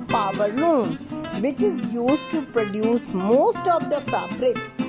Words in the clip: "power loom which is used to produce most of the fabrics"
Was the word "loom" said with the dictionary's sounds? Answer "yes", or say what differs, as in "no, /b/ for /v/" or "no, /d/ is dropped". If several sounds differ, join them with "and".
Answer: no, /n/ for /l/